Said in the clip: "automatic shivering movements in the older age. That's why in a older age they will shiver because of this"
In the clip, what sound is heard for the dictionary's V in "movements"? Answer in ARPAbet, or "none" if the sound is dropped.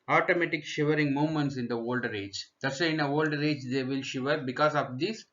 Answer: none